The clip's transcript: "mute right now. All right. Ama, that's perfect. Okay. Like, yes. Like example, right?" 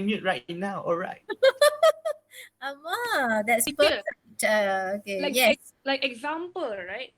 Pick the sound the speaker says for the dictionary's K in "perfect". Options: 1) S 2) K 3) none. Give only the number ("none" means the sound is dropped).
3